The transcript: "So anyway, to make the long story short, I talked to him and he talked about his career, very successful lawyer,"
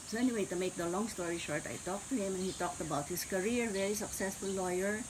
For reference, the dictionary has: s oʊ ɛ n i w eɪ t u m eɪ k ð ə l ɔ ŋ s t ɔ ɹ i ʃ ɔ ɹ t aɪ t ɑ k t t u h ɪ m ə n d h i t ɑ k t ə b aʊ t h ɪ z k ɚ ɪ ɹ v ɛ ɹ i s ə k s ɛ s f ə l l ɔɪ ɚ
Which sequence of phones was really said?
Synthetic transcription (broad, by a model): s oʊ ɛ n i w eɪ t u m eɪ k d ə l ɔ ŋ s t ɔ ɹ i ʃ ɔ ɹ t aɪ t ɑ k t t u h ɪ m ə n h i t ɑ k t ə b aʊ t h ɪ s k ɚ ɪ ɹ v ɛ ɹ i s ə k s ɛ s f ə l l ɔɪ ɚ